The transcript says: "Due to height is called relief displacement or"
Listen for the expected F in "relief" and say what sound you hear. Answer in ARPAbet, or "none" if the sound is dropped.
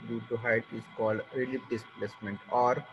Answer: P